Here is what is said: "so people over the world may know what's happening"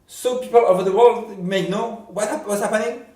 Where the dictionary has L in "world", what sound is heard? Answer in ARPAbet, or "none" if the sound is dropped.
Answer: L